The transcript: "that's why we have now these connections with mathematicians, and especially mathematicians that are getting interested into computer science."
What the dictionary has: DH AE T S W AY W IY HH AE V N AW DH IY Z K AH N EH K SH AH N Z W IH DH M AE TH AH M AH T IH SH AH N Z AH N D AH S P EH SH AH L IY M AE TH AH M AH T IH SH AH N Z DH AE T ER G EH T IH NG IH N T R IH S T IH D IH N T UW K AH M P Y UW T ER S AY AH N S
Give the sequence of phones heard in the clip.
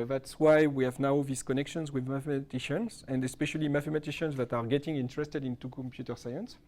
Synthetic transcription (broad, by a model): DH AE T S W AY W IY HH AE V N AW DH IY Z K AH N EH K SH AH N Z W IH DH M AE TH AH M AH T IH SH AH N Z AH N D AH S P EH SH AH L IY M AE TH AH M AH T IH SH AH N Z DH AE T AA G EH T IH NG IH N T R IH S T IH D IH N T UW K AH M P Y UW T ER S AY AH N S